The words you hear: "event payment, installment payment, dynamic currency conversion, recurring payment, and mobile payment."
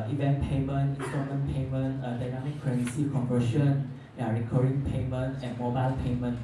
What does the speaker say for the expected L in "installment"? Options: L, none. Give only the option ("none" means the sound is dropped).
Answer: none